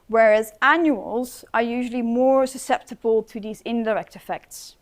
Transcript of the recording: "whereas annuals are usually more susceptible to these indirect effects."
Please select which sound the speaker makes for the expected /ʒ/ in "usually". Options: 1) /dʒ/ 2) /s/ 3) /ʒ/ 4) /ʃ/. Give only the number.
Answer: 3